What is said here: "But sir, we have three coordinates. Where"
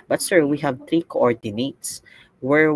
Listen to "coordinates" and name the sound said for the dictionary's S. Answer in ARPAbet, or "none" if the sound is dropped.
S